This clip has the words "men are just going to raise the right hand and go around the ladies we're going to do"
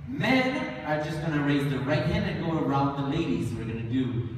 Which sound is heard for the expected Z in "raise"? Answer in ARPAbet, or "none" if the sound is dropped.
Z